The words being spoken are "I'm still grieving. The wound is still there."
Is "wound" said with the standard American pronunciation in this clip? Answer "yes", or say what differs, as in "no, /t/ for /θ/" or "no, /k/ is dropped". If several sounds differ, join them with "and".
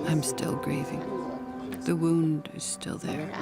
yes